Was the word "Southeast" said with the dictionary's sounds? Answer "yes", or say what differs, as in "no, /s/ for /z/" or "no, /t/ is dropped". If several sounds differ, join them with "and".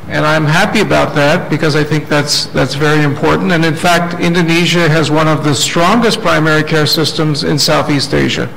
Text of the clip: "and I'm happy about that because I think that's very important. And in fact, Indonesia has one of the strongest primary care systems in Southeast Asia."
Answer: yes